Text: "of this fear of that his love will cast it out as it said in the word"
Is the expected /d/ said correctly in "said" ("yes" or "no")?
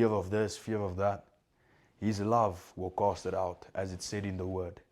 yes